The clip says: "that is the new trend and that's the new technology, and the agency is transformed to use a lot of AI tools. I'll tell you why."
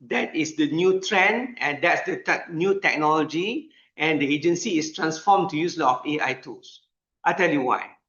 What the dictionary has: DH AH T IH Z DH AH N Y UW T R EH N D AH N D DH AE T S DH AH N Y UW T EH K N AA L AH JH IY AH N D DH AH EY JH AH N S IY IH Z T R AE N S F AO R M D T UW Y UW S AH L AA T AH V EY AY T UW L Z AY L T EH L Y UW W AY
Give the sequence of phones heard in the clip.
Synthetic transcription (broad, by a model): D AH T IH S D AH N Y UW T R EH N AH N D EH T S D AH N Y UW T EH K N AA L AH JH IY AH N D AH EY JH AH N S IY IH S T R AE N S F AO M T UW Y UW S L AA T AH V EY AY T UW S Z AY T EH L Y UW W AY